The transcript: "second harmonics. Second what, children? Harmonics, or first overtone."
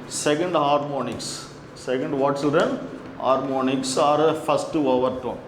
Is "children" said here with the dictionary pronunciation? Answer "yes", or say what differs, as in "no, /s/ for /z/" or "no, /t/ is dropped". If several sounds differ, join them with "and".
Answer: no, /s/ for /tʃ/ and /l/ is dropped